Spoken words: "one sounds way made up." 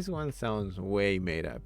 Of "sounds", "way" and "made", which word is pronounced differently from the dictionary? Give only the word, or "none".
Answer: none